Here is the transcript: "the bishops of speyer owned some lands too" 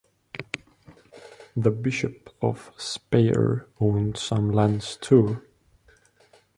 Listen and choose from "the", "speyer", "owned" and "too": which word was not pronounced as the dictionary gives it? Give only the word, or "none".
none